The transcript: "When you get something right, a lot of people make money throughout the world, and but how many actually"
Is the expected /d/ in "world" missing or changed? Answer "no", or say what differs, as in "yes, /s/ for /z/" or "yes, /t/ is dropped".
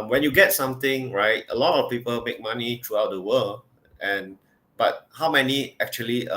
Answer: yes, /d/ is dropped